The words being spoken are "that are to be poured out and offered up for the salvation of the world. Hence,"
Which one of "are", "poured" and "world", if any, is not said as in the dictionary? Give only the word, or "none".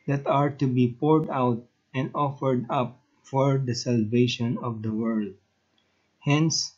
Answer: none